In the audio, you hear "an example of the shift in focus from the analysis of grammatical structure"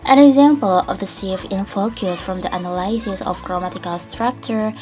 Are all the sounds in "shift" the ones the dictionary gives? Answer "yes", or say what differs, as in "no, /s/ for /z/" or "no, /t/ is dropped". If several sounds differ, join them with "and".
no, /s/ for /ʃ/ and /t/ is dropped